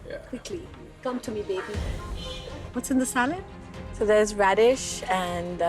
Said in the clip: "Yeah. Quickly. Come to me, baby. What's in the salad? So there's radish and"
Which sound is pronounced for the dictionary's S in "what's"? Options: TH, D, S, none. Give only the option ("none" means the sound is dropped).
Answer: S